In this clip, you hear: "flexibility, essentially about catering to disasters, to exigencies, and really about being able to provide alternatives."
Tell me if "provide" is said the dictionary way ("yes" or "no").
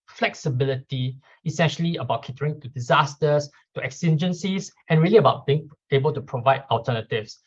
yes